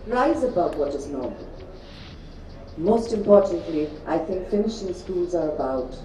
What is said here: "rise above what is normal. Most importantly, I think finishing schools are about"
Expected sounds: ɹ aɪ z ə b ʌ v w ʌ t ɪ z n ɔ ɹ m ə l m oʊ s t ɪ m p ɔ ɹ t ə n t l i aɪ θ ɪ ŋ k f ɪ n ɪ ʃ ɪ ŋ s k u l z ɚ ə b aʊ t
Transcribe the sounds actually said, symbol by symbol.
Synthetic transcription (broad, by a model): ɹ aɪ z ə b ʌ v w ʌ t ɪ z n ɔ ɹ m ə l m oʊ s t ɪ m p ɔ ɹ t n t l i aɪ θ ɪ ŋ k f ɪ n ɪ ʃ ɪ ŋ s k u l z ɚ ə b aʊ t